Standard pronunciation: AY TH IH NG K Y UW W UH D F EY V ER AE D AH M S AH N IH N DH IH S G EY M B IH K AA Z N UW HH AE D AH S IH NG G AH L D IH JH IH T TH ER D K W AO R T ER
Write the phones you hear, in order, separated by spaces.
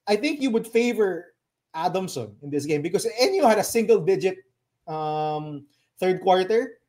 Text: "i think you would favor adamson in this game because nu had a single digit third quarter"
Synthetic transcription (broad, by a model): AY TH IH NG K Y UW W UH D F EY V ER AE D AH M S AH N IH N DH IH S G EY M B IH K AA S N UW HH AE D AH S IH NG G AH L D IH JH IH T TH ER D K W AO R T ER